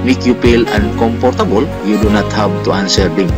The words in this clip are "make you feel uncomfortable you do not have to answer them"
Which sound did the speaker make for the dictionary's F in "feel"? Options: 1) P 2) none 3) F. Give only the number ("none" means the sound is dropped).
1